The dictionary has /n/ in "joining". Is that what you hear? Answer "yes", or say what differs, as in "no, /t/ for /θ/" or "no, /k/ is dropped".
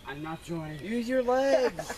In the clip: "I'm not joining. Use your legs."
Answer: no, /n/ is dropped